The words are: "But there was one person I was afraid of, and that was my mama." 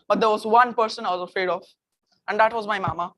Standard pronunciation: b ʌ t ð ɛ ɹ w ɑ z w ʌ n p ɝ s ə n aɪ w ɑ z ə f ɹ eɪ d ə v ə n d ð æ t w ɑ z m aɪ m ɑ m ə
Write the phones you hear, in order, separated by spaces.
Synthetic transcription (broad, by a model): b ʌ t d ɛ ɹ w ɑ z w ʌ n p ɝ s ə n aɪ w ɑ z ə f ɹ eɪ d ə f ə n d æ t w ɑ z m aɪ m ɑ m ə